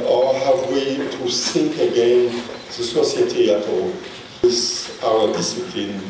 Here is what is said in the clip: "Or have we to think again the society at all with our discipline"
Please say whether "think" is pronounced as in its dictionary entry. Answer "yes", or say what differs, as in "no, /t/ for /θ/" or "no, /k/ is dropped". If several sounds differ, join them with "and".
no, /s/ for /θ/